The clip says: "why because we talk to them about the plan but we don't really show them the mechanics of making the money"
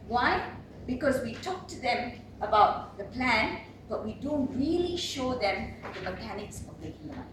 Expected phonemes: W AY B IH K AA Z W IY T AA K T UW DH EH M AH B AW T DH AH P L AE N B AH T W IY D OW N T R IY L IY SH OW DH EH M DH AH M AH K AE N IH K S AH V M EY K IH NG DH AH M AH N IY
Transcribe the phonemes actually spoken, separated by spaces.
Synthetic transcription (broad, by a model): W AY B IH K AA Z W IY T AA K T UW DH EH M AH B AW T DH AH P L AE N B AH T W IY D OW N T R IY L IY SH OW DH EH M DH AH M AH K AE N IH K S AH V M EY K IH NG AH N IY